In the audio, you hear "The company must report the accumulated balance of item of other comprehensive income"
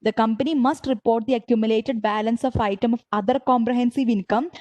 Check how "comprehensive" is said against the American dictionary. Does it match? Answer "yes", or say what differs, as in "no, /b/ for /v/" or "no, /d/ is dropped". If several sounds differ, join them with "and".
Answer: yes